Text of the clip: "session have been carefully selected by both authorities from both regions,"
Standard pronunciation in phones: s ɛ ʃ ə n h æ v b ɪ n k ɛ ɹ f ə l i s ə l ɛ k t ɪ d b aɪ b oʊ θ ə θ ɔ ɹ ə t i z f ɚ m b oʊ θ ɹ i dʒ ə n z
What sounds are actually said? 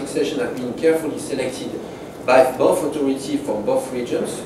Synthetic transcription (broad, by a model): s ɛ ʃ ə n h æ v b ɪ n k ɛ ɹ f ə l i s ə l ɛ k t ɪ d b aɪ b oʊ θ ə t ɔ ɹ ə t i f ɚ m b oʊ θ ɹ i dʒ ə n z